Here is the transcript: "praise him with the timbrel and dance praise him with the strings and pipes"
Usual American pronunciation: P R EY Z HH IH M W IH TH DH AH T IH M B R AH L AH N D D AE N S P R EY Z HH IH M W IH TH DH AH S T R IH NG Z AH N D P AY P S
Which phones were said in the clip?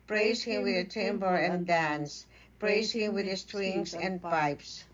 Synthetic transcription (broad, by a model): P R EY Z HH IH M W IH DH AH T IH M B AH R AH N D D AE N S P R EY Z HH IH M W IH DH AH S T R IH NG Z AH N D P AY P S